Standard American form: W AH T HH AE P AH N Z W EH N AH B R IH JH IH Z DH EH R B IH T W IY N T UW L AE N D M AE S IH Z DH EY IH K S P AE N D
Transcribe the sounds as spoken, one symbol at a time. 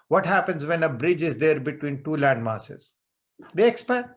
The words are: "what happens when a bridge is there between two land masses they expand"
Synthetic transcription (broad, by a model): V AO T HH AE P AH N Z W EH N AH B R IH JH IH Z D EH R B IH T W IY N T UW L AE N D M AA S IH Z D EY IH K S P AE